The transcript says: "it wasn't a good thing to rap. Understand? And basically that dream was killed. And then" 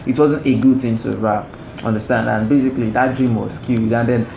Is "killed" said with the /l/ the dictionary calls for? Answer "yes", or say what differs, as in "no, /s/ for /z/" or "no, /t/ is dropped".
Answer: no, /l/ is dropped